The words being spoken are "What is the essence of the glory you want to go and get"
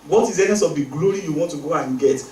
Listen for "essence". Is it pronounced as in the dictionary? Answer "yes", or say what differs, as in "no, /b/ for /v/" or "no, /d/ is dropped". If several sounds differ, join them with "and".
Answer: no, /n/ is dropped